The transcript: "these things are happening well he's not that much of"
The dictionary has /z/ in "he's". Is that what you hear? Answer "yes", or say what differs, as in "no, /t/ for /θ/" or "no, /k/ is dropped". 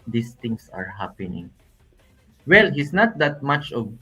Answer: no, /s/ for /z/